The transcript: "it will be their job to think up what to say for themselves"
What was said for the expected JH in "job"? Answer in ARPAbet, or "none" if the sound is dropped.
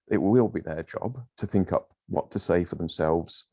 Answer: JH